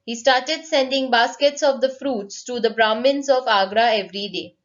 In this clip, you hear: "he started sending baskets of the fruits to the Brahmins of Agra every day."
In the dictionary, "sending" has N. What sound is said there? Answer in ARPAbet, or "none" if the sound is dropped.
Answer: N